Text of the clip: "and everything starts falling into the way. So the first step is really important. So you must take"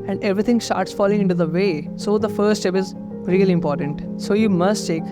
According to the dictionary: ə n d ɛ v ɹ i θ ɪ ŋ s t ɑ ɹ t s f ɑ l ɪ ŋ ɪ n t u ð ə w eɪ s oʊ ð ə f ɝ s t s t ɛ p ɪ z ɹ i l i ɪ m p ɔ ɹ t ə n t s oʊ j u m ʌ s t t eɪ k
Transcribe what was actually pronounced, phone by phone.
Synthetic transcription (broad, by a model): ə n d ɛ v ɹ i t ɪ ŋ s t ɑ ɹ t s f ɑ l ɪ ŋ ɪ n t u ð ə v eɪ s oʊ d ə f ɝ t s t ɛ p ɪ z ɹ i l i ɪ m p ɔ ɹ t ə n t s oʊ j u m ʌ s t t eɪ k